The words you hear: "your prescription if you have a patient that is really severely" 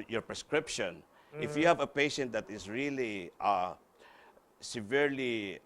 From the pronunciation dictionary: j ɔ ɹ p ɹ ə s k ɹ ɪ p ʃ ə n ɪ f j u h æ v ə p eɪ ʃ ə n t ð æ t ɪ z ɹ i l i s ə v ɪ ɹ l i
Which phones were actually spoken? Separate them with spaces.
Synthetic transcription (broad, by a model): j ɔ ɹ p ɹ ə s k ɹ ɪ p ʃ ə n ɪ f j u h æ v ə p eɪ ʃ ə n t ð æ t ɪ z ɹ i l i s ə v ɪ ɹ l i